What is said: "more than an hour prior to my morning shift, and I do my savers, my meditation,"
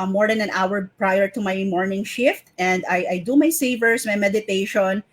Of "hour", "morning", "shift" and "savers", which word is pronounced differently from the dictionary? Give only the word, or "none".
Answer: savers